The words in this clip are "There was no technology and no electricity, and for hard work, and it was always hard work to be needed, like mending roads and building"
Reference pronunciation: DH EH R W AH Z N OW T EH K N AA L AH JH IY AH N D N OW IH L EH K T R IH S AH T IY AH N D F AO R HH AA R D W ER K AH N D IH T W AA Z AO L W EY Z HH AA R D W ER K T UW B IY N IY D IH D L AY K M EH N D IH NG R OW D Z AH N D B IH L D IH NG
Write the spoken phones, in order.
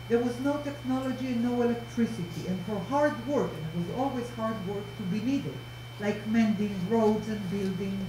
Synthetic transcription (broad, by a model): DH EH R W AH Z N OW T EH K N AA L AH JH IY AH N N OW IH L EH K T R IH S AH T IY AH N D F AO R HH AA R D W ER K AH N IH T W AA Z AO L W EY Z HH AA R D W ER K T UW B IY N IY D IH D L AY K M EH N D IH NG R OW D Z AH N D B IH L D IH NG